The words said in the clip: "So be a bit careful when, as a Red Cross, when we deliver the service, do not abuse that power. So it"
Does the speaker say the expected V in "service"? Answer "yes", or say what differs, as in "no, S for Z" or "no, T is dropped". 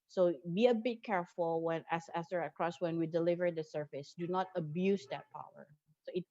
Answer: no, F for V